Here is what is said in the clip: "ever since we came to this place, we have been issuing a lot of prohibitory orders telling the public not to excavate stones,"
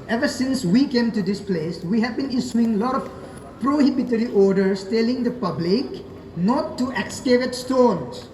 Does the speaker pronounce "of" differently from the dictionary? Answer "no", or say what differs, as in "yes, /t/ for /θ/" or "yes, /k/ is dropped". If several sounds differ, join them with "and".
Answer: yes, /f/ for /v/